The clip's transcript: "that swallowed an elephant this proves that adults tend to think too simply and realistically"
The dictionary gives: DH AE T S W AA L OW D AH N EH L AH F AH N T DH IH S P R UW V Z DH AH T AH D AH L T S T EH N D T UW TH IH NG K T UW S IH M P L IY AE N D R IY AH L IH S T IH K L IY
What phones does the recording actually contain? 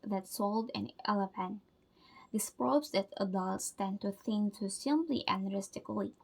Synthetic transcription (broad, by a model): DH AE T S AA L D AH N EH L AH P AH N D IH S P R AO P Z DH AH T AH D AH L T S T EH N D T UW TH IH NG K T UW S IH M P L IY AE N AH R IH S T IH K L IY